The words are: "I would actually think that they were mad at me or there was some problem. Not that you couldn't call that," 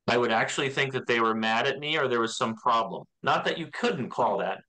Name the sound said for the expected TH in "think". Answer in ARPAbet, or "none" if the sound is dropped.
TH